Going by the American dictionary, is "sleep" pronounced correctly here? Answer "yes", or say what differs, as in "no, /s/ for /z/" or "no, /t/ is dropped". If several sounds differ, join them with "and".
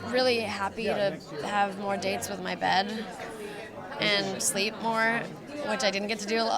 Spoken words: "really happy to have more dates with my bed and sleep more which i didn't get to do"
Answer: yes